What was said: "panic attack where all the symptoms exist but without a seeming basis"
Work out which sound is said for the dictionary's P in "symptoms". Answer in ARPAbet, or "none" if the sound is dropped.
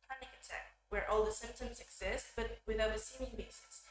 P